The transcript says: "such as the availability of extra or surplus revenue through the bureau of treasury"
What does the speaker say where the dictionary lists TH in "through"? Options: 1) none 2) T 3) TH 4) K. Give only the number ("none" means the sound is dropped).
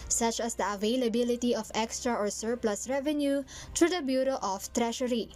2